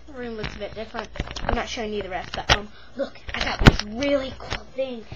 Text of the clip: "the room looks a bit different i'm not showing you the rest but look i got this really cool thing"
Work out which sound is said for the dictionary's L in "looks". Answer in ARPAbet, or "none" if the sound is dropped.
W